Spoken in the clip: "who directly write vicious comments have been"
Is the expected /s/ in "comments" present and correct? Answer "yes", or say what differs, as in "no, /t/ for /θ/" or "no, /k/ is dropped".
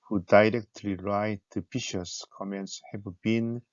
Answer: yes